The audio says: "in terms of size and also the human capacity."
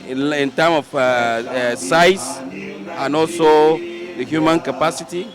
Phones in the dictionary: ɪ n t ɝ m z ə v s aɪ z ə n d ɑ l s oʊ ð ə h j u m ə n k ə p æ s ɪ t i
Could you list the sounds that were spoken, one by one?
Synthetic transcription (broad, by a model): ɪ n t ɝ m ə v s aɪ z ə n ɑ l s oʊ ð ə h j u m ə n k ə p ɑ s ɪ t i